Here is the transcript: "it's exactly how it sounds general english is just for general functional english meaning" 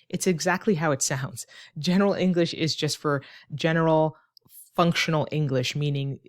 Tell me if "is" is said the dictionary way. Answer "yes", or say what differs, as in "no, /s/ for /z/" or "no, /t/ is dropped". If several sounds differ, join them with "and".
yes